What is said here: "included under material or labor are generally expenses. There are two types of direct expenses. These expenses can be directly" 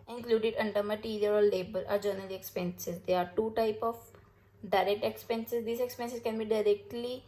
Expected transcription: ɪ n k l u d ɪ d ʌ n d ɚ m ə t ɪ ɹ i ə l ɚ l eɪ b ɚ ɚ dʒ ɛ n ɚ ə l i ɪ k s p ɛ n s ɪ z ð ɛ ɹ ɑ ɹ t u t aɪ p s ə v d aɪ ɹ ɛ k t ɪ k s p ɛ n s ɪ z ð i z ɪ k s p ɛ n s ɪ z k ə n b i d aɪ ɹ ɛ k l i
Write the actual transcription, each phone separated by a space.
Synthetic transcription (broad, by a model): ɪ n k l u d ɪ d ʌ n d ɚ m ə t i ɹ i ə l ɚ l eɪ b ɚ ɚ dʒ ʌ n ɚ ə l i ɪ k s p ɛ n s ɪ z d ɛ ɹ ɑ ɹ t u t aɪ p ə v d aɪ ɹ ɛ k t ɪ k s p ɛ n s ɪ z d i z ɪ k s p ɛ n s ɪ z k ə n b i d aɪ ɹ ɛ k l i